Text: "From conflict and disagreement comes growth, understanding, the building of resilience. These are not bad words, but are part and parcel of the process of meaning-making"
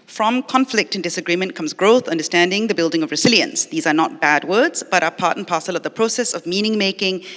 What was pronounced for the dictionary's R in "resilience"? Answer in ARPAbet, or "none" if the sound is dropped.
R